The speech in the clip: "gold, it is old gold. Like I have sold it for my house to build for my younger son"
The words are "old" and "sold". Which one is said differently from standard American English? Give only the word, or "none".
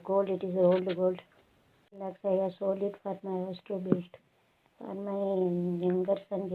sold